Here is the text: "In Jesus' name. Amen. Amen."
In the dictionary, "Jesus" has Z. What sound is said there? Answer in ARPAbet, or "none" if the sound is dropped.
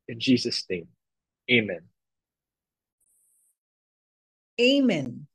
Z